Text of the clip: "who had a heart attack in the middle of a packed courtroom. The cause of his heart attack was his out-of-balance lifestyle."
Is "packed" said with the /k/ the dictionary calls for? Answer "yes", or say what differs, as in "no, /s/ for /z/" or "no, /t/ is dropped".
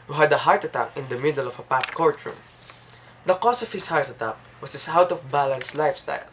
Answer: no, /k/ is dropped